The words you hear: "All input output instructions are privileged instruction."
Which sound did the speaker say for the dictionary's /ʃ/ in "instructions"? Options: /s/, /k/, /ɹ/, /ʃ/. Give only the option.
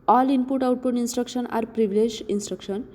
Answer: /s/